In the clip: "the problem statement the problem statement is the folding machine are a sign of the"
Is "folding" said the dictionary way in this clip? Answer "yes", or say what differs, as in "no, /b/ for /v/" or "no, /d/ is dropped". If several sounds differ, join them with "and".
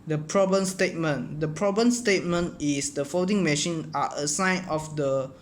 no, /l/ is dropped